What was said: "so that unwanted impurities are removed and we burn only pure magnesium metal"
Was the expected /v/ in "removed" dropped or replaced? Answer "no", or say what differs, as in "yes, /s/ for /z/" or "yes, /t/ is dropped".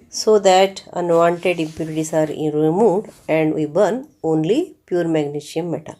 yes, /v/ is dropped